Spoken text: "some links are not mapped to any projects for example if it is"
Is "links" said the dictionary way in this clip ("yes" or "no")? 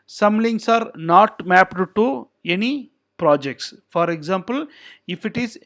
no